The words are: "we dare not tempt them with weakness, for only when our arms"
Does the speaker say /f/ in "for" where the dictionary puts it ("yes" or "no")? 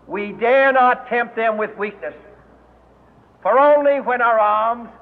yes